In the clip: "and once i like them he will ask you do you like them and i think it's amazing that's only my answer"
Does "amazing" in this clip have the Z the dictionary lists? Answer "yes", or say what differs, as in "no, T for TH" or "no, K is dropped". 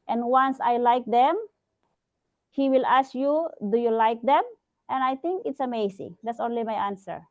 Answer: no, S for Z